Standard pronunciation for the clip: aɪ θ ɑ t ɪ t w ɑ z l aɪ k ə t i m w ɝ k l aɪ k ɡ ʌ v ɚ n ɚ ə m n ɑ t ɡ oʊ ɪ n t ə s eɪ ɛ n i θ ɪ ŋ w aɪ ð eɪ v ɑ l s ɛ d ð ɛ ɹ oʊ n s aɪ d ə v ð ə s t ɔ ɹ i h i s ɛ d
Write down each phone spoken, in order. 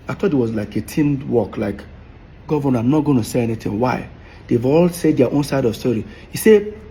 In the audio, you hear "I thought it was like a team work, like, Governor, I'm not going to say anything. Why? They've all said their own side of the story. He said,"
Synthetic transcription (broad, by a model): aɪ t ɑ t ɪ t w ɑ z l aɪ k ə t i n w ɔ k l aɪ k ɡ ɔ v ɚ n ə m n ɑ t ɡ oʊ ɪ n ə s eɪ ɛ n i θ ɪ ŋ w aɪ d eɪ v ɑ l s ɛ d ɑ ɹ oʊ n s aɪ d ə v s t ɔ ɹ i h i s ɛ